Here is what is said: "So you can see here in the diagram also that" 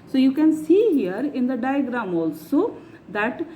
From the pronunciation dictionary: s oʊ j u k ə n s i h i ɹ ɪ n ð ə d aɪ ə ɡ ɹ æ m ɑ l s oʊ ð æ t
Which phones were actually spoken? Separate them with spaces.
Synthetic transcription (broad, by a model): s oʊ j u k ə n s i h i ɹ ɪ n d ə d aɪ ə ɡ ɹ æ m ɑ l s oʊ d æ t